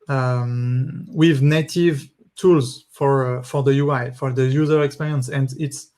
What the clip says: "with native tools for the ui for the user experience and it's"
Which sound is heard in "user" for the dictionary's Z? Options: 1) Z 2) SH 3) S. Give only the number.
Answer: 1